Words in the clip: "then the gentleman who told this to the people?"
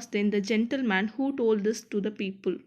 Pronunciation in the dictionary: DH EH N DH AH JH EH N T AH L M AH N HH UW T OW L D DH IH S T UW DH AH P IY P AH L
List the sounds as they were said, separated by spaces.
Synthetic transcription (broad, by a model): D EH N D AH JH EH N T AH L M AH N HH UW T OW L D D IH S T UW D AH P IY P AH L